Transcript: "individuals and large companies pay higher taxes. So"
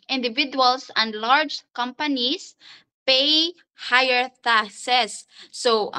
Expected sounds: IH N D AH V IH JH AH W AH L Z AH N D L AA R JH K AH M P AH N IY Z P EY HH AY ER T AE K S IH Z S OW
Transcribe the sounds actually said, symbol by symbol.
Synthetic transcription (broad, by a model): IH N D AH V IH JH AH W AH L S AH N D L AA R JH K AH M P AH N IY S P EY HH AY ER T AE S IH S OW